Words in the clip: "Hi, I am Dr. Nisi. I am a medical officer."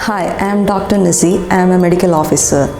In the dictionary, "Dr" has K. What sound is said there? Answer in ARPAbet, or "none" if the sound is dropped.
K